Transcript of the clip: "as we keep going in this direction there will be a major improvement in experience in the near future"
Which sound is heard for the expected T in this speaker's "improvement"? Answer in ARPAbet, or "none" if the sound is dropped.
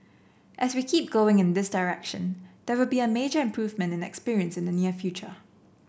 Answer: T